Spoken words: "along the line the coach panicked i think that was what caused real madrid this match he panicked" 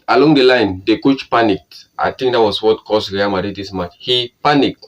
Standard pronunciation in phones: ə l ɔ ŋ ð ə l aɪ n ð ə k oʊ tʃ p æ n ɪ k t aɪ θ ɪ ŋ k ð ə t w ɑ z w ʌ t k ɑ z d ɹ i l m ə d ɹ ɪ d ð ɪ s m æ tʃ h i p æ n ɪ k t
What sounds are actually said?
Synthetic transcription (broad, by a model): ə l ɔ ŋ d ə l aɪ n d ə k oʊ tʃ p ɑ n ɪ k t aɪ t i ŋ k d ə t w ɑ s w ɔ t k ɑ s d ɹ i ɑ m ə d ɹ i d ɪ s m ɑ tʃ h i p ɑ n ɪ k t